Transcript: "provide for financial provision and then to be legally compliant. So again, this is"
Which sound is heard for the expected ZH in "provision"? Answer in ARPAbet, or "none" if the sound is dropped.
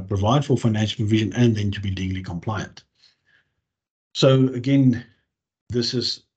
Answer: ZH